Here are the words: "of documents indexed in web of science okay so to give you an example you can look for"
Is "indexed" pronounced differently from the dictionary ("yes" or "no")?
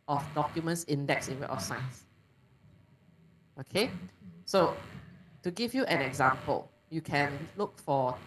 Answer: yes